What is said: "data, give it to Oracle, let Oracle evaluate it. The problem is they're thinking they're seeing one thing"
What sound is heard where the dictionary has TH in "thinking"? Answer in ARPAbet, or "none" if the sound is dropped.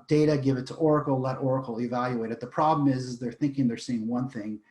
TH